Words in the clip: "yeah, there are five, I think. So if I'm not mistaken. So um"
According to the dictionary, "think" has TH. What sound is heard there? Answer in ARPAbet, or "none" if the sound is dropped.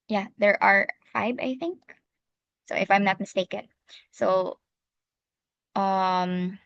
TH